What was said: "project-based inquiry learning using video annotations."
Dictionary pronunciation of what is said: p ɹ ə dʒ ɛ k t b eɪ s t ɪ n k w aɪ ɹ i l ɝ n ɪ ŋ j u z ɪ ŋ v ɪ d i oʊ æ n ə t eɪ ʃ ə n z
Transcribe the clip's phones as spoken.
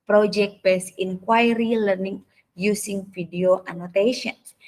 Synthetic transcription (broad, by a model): p ɹ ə dʒ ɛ k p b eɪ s ɪ n k w aɪ ɹ i l ɝ n ɪ ŋ j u s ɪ ŋ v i d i oʊ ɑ n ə t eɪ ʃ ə n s